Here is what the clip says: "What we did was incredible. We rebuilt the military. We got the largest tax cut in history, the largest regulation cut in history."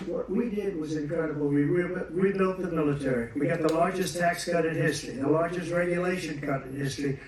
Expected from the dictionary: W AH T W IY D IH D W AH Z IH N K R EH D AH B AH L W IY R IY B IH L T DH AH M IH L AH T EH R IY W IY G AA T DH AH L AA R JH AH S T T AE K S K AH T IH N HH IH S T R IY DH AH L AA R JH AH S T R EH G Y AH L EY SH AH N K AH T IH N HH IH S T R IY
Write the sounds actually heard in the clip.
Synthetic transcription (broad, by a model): W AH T W IY D IH D W AH Z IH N K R EH D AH B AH L W IY W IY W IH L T DH AH M IH L AH T EH R IY W IY G AA T DH AH L AA R JH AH S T T AE K S K AH T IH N HH IH S T R IY DH AH L AA R JH AH S T R EH G Y AH L EY SH AH N K AH T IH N HH IH S T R IY